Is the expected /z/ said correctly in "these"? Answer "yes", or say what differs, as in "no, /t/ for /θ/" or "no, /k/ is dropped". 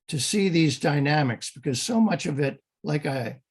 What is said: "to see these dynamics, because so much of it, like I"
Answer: yes